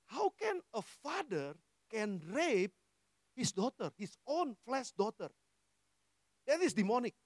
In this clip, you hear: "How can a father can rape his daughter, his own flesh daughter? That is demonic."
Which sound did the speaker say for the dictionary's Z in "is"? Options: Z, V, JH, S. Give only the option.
S